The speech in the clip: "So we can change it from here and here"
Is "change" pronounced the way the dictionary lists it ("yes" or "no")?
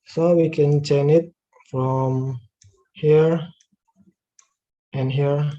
no